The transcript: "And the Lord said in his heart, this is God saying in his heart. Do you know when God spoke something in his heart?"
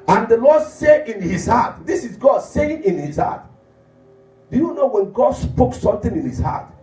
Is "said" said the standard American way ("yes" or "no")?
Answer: no